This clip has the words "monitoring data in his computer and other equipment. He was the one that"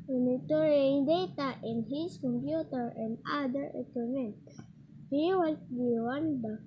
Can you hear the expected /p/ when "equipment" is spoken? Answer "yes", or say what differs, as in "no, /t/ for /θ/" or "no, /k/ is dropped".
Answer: no, /p/ is dropped